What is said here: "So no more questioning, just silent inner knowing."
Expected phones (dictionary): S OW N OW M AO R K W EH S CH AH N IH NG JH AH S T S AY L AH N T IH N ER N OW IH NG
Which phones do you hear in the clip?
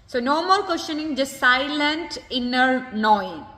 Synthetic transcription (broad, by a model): S OW N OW M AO L K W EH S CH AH N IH NG JH AH S T S AY L AH N T IH N ER N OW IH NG